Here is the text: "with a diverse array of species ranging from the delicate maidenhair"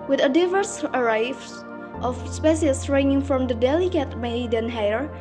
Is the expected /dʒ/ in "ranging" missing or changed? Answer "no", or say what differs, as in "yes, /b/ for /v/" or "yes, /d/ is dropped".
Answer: yes, /dʒ/ is dropped